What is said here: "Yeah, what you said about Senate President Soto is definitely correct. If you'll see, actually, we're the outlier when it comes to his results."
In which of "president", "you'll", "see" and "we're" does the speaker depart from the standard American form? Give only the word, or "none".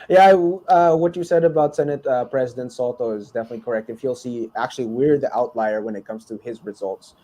none